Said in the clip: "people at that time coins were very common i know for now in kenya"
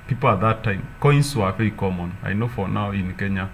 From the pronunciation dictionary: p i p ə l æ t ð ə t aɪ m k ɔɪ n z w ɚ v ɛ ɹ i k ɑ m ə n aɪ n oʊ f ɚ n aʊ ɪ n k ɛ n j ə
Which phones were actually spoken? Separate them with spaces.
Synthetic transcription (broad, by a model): p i p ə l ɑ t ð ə t aɪ m k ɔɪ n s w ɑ f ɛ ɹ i k ɑ m ə n aɪ n oʊ f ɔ n aʊ ɪ n k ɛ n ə